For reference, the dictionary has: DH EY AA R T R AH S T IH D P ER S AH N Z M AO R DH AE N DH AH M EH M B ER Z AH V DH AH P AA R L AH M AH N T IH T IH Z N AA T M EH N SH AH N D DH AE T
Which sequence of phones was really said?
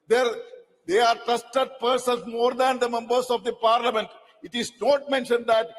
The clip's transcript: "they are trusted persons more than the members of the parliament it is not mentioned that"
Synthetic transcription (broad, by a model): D EY AA R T AH S T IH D P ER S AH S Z M AO R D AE N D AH M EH M B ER S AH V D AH P AA R L AH M AH N T IH T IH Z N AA T M EH N SH AH N D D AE T